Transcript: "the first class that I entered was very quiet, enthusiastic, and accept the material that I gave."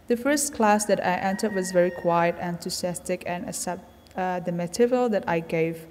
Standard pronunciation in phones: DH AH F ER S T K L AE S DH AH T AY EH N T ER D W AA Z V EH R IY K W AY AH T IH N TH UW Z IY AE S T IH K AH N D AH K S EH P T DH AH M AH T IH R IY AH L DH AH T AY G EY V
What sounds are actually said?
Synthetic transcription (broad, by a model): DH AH F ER S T K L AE S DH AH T AY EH N T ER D W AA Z V EH R IY K W AY AH T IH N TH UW S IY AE S T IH K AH N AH S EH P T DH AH M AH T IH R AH L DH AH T AY G EY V